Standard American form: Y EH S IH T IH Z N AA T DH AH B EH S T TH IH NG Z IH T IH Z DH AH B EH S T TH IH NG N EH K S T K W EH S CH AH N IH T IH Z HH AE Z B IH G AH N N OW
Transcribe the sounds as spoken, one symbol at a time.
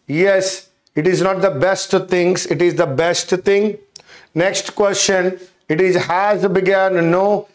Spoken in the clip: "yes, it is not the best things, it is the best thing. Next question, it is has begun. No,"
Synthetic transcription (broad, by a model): Y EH S IH T IH Z N AA T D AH B EH S T T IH NG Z IH T IH Z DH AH B EH S T T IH NG N EH K S T K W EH S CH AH N IH T IH Z HH AE Z B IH G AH N N OW